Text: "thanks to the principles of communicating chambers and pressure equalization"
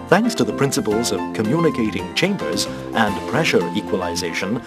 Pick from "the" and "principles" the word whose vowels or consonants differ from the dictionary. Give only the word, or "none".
none